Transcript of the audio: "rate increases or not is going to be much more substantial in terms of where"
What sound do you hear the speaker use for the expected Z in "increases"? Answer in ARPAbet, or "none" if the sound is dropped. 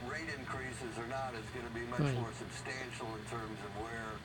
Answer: Z